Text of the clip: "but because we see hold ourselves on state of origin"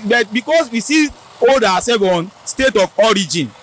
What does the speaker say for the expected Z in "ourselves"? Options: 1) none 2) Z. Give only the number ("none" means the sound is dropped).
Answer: 1